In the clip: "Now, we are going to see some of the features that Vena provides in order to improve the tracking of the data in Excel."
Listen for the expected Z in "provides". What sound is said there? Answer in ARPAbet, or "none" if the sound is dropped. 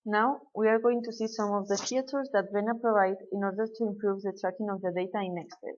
none